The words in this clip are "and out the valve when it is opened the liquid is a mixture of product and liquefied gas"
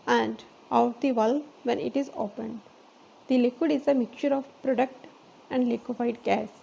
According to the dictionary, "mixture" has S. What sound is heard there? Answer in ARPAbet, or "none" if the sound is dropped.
none